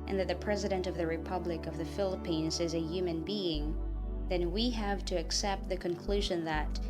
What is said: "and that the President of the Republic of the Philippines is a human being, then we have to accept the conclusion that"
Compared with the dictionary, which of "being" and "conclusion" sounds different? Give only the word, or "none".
none